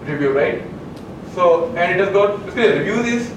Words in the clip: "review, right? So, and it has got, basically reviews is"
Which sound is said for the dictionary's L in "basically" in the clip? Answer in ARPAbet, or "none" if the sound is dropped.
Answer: none